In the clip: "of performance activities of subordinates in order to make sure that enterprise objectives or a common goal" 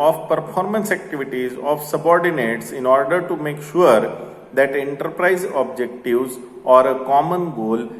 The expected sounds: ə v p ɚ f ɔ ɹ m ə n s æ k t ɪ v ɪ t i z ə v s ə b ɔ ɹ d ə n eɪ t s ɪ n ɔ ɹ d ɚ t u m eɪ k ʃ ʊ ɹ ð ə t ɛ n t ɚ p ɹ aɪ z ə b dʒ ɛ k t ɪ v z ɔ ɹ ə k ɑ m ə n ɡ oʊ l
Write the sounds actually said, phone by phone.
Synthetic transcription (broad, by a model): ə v p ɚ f ɔ ɹ m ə n s æ k t ɪ v ɪ t i z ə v s ə b ɔ ɹ d ə n eɪ t s ɪ n ɔ ɹ d ɚ t u m eɪ k ʃ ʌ ɹ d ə t ɛ n t ɚ p ɹ aɪ z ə b dʒ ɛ k t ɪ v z ɔ ɹ ə k ɑ m ə n ɡ oʊ l